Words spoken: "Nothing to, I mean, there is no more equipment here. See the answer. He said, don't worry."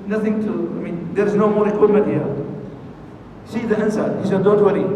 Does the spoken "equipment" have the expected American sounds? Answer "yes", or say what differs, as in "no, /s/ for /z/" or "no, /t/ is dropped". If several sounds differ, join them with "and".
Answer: no, /p/ is dropped